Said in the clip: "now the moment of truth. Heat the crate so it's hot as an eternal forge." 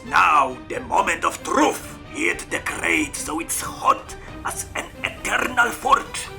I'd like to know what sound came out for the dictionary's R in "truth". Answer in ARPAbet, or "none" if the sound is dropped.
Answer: R